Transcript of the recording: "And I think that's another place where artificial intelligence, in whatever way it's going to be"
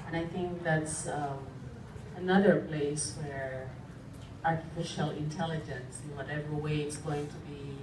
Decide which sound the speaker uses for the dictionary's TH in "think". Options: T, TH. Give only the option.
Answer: TH